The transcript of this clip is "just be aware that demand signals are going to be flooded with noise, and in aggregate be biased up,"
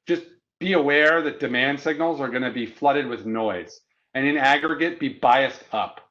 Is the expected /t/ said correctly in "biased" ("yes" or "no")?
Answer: yes